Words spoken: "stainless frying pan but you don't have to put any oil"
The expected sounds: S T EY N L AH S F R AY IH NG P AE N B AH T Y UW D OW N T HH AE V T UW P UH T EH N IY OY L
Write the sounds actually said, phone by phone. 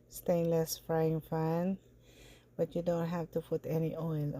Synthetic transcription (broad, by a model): S T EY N L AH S F R AY IH NG F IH N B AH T Y UW D OW N T HH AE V T UW P UH T EH N IY OY L